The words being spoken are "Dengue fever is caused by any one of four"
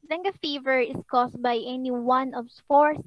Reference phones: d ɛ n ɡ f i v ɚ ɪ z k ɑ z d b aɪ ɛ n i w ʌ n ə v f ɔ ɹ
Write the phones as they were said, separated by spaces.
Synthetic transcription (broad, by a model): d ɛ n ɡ f i v ɚ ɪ s k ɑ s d b aɪ ɛ n i w ʌ n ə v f ɔ ɹ